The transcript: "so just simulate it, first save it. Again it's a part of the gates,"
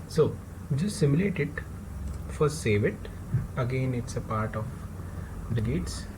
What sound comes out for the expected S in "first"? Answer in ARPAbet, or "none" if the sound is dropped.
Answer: none